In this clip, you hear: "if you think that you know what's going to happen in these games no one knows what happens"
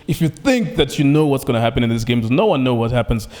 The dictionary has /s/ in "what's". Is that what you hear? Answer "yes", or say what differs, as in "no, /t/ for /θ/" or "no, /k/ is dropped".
yes